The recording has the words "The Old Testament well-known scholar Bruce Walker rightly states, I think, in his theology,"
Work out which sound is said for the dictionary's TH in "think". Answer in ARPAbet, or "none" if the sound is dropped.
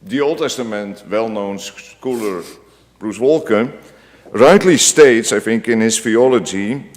F